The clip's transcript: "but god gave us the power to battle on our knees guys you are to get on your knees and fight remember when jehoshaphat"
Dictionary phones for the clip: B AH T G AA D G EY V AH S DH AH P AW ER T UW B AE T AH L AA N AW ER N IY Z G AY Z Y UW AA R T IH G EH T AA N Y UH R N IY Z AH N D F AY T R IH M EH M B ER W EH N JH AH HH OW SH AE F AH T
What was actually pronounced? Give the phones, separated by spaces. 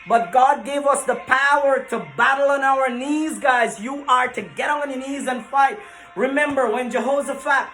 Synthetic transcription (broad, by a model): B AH T G AA D G EY V AH S DH AH P AW ER T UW B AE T L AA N AW ER N IY Z G AY Z Y UW AA R T IH G EH T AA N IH N IY Z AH N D F AY T R IH M EH M B ER W EH N JH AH HH OW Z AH F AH T